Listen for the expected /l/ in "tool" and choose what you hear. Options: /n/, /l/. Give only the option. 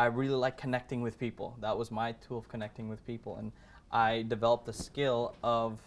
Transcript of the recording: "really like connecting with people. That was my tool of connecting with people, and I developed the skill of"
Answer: /l/